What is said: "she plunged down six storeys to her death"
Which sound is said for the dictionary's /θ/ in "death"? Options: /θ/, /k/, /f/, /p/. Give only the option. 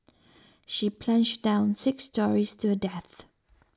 /θ/